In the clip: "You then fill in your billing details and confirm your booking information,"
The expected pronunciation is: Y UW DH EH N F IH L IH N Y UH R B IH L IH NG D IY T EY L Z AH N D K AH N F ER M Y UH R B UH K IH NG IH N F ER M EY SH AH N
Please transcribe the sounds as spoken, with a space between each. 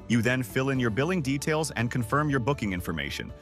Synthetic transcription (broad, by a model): Y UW DH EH N F IH L IH N Y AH R B IH L IH NG D IY T EY L Z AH N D K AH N F ER M Y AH R B UH K IH NG IH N F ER M EY SH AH N